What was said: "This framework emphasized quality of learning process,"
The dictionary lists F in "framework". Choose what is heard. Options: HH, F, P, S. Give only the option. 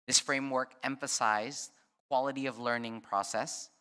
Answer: F